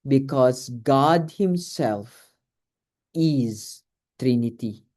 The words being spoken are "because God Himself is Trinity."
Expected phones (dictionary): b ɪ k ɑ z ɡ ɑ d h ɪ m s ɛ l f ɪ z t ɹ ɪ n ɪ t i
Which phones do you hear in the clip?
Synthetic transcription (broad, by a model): b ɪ k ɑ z ɡ ɑ d h ɪ m s ɛ l f ɪ z t ɹ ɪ n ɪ t i